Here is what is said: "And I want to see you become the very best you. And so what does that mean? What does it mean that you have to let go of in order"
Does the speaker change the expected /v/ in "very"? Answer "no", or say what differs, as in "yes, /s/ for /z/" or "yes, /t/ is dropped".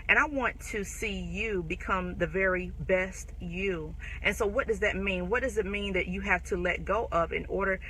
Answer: no